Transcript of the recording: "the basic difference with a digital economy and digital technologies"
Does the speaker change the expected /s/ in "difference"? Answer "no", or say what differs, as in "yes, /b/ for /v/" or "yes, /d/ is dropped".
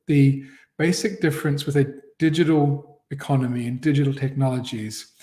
no